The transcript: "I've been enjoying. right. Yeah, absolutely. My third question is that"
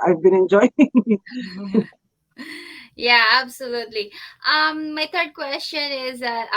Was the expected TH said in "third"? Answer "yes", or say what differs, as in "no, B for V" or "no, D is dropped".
no, T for TH